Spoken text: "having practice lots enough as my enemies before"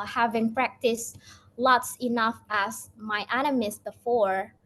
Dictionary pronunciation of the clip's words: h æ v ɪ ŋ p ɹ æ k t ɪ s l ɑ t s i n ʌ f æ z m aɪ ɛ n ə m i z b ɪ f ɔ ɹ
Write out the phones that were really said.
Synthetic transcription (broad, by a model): h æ v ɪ ŋ p ɹ æ k t ɪ s l ɑ t s i n ʌ f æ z m aɪ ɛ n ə m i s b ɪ f ɔ ɹ